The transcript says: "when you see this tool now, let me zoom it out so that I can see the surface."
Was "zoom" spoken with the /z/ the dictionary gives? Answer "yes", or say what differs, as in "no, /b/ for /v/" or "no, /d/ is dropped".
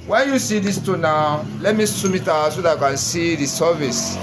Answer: no, /s/ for /z/